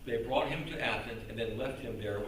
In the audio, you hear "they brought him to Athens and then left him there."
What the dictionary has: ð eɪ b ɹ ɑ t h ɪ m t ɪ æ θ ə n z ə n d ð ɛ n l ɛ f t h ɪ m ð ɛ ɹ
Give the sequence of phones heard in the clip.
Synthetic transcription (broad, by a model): ð eɪ b ɹ ɑ t h ɪ m t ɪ æ s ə n s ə n ð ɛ n l ɛ f t h ɪ m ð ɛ ɹ